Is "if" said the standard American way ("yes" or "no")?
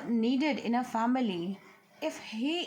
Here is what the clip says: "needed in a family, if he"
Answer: yes